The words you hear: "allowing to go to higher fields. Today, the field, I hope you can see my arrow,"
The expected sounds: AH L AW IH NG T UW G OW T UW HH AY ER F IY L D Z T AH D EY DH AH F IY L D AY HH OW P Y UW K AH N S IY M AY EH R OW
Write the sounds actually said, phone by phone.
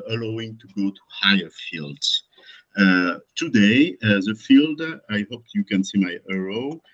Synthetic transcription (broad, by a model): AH L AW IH NG T UW G OW T UW HH AY ER F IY L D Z T AH D EY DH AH F IY L D AY HH OW P Y UW K AH N S IY M AY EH R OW